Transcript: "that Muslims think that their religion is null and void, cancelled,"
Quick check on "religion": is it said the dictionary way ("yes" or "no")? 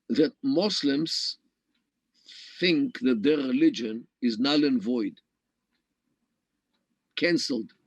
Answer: yes